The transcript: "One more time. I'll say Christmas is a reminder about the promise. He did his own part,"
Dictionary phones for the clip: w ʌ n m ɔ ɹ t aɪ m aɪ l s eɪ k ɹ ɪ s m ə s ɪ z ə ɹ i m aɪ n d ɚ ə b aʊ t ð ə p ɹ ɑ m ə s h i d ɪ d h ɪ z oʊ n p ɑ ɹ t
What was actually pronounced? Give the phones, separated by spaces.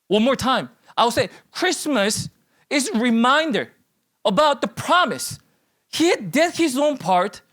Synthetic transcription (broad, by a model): w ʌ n m ɔ ɹ t aɪ m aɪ w s eɪ k ɹ ɪ s m ə s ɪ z ɹ i m aɪ n d ɚ ə b aʊ t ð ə p ɹ ɑ m ə s h i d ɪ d h ɪ z oʊ n p ɑ ɹ t